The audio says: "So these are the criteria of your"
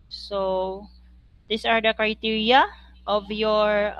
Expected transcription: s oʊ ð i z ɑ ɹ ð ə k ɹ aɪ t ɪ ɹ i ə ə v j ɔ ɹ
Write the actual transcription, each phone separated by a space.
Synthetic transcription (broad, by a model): s oʊ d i s ɑ ɹ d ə k ɹ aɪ t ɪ ɹ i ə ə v j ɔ ɹ